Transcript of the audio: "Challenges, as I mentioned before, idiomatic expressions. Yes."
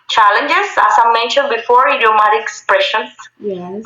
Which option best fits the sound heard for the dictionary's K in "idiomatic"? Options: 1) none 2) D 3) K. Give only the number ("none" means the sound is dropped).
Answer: 1